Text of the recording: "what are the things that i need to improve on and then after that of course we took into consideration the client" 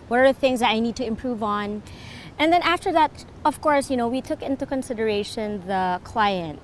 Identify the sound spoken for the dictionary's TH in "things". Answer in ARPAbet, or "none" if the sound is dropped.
TH